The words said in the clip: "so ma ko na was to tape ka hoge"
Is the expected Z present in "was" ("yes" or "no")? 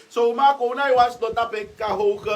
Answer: no